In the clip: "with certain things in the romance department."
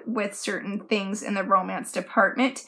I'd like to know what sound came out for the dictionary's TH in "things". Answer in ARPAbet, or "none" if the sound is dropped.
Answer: TH